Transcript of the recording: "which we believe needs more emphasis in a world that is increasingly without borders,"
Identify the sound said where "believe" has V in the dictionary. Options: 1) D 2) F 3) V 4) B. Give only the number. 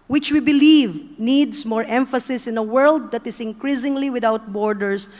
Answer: 3